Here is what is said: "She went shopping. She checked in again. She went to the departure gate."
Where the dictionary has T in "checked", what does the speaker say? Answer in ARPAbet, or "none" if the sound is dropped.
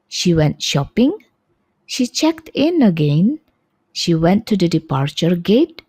T